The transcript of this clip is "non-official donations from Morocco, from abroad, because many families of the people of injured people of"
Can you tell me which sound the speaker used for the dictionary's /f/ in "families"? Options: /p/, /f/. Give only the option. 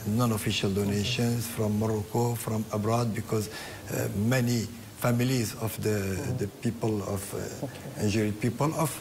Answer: /f/